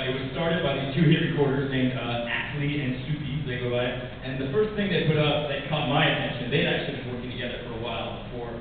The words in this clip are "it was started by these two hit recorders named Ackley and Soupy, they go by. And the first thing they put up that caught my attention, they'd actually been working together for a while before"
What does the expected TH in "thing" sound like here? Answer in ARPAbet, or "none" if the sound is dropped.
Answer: TH